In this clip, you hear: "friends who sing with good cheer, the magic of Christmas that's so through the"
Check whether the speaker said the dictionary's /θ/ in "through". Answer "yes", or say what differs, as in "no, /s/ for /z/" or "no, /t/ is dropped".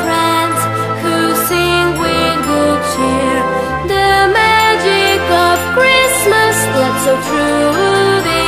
no, /t/ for /θ/